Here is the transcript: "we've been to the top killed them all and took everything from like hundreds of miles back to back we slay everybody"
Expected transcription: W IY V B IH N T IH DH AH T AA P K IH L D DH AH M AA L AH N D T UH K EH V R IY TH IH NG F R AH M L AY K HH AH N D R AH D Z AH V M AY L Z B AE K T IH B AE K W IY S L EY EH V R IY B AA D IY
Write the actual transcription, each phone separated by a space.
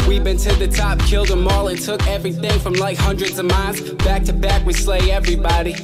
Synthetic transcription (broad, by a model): W IY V B IH N T IH DH AH T AA P K IH L D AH M AA L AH N T UH K EH V R IY TH IH NG F R AH M L AY K HH AH N D R AH D Z AH V M AY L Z B AE K T IH B AE K W IY S L EY EH V R IY B AA D IY